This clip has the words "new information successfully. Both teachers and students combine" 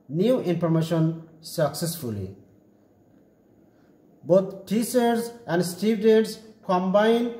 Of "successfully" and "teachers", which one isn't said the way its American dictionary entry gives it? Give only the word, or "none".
teachers